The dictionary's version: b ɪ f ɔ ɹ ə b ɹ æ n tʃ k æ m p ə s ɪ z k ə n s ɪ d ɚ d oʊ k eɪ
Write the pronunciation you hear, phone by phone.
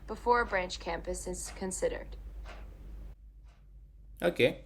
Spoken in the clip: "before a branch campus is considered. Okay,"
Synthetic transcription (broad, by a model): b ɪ f ɔ ɹ ə b ɹ æ n tʃ k æ m p ə s ɪ z k ə n s ɪ d ɚ d oʊ k eɪ